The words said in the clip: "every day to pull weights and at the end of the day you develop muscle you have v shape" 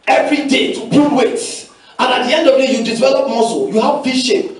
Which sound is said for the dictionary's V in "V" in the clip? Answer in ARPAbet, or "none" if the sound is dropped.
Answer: F